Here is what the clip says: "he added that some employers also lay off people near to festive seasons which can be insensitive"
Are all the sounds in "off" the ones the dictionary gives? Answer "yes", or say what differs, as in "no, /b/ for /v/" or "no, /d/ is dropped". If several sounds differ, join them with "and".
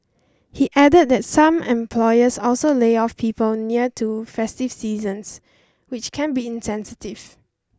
yes